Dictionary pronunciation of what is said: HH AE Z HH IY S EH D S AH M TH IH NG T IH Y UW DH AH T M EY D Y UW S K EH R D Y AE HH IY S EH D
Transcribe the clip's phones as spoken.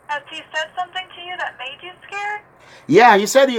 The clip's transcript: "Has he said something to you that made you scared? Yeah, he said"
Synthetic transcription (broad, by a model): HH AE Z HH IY S EH D S AH M TH IH NG T IH Y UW DH AH T M EY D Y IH S K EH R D Y AE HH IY S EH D